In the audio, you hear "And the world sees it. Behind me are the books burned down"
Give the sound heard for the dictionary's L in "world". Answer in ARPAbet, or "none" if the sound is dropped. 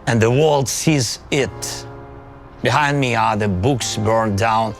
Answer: L